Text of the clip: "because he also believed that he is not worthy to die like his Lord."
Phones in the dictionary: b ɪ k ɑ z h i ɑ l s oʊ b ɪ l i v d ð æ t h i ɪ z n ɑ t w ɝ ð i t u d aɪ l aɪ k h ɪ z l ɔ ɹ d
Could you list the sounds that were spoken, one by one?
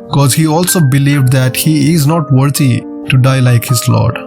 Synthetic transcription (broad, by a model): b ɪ k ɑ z h i ɑ l s oʊ b ɪ l i v d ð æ t h i ɪ z n ɑ t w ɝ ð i t u d aɪ l aɪ k h ɪ z l ɔ ɹ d